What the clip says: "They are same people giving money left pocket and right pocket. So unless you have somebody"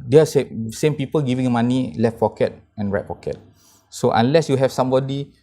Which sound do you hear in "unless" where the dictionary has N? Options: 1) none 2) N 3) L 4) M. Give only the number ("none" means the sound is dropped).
2